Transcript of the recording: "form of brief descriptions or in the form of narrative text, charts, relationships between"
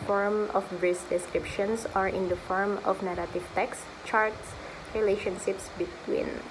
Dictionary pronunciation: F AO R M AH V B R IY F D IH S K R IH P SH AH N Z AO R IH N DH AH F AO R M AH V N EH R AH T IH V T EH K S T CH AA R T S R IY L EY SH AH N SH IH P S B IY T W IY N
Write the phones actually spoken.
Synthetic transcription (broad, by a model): F AO R M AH F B R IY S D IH S K R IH P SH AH N S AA R IH N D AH F AO R M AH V N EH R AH T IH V T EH K S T CH AA R T S R IY L EY SH AH N SH IH P S B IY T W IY N